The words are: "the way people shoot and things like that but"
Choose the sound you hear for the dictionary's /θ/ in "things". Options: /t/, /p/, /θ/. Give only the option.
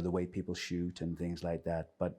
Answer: /θ/